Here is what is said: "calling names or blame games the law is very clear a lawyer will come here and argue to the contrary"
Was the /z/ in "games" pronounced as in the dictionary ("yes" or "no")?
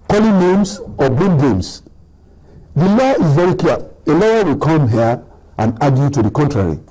no